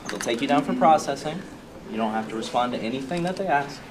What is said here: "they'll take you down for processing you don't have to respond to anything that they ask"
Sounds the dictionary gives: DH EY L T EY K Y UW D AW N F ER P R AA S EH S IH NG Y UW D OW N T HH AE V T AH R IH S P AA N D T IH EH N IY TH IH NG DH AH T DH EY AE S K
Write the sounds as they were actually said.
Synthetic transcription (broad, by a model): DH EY L T EY K Y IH D AW N F ER P R AA S EH S IH NG Y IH D OW N T HH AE F T AH R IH S P AA N T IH EH N IY TH IH NG DH AH T DH EY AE S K